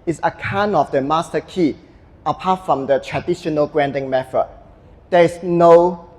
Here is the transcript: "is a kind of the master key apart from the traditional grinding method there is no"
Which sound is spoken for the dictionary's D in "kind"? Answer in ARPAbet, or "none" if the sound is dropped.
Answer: none